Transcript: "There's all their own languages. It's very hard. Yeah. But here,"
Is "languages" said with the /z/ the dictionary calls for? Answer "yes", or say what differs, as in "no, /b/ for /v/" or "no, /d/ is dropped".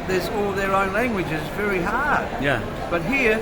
yes